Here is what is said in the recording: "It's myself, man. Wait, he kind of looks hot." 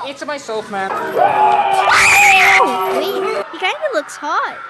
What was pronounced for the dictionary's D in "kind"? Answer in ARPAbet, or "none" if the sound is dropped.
none